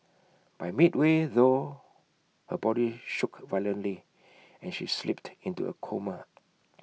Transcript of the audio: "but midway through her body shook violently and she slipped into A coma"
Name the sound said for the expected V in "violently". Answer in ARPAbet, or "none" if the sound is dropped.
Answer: V